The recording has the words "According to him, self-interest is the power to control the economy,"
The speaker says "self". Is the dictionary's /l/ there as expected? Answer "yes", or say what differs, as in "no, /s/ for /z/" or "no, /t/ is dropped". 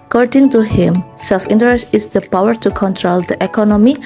yes